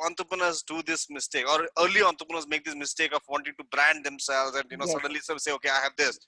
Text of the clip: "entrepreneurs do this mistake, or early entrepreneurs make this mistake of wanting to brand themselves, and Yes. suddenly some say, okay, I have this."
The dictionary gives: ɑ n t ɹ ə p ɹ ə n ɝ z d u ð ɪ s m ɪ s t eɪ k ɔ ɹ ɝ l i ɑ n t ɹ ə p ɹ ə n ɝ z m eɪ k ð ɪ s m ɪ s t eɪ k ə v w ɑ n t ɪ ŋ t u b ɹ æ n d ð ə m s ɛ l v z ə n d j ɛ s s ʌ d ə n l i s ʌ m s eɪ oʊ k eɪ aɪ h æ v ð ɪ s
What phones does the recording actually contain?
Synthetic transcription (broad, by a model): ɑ n t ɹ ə p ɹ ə n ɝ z d u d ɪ s m ɪ s t eɪ k ɔ ɹ ɝ l i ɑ n t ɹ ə p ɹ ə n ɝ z m eɪ k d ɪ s m ɪ s t eɪ k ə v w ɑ n t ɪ ŋ t u b ɹ æ n d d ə m s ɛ l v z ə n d j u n s ʌ d ə n l i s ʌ s eɪ oʊ k eɪ aɪ h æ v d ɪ s